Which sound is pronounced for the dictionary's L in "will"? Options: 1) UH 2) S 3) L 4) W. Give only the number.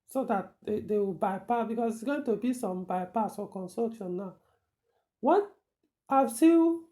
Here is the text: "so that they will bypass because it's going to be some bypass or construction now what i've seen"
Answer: 4